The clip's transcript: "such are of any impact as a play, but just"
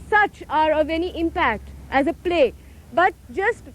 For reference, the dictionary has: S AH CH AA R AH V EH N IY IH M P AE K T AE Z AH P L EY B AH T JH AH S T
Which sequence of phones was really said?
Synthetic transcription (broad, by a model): S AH CH AA R AH V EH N IY IH M P AE K T AE Z AH P L EY B AH T JH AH S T